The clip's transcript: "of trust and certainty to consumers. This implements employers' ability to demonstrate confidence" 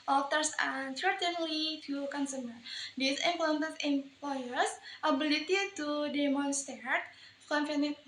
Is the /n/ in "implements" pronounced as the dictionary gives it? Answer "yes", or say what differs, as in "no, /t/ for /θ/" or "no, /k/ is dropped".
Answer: no, /n/ is dropped